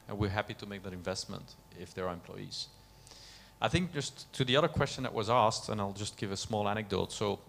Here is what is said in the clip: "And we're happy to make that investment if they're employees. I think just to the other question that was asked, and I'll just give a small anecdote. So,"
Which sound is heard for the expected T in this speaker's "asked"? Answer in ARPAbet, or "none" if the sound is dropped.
T